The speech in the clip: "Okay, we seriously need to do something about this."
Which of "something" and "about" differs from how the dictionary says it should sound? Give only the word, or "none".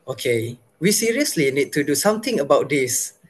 something